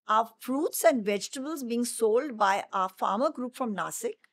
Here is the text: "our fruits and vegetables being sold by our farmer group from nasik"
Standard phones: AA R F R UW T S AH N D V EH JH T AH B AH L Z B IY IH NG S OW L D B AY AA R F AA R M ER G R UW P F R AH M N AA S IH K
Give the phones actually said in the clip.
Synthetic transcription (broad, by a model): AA F R UW T S AH N D V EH JH T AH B AH L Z B IY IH NG S OW L D B AY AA F AA R M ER G R UW P F R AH M N AA S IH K